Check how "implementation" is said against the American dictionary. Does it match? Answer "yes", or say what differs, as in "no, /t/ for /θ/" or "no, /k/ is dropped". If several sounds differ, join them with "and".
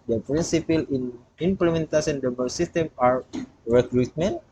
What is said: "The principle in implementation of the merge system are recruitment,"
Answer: no, /s/ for /ʃ/ and /n/ is dropped